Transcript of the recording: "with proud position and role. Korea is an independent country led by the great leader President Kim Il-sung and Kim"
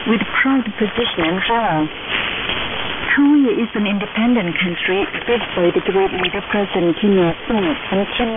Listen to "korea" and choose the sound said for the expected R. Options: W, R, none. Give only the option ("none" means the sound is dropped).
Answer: W